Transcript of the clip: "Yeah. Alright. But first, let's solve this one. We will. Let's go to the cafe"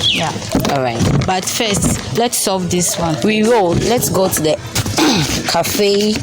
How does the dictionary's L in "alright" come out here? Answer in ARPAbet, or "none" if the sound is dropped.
none